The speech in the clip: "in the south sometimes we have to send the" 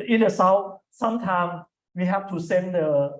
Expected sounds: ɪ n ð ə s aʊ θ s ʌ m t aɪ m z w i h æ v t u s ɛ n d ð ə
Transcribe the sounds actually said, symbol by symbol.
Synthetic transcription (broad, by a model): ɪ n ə s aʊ s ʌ m t aɪ m w i h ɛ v t u s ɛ n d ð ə